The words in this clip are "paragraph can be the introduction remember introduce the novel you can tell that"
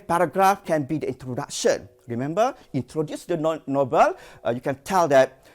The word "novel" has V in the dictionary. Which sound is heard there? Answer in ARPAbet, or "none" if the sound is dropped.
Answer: B